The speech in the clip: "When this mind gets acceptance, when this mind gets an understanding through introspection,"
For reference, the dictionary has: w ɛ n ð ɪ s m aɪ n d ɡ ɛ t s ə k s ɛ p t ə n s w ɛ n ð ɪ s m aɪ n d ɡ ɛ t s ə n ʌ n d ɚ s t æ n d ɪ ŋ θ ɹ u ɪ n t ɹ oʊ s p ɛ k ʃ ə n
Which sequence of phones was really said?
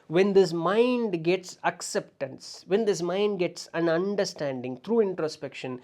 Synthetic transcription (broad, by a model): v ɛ n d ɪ s m aɪ n d ɡ ɛ t s ə k s ɛ p t ə n s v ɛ n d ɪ s m aɪ n d ɡ ɛ t s ə n ʌ n d ɚ s t æ n d ɪ ŋ t ɹ u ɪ n t ɹ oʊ s p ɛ k ʃ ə n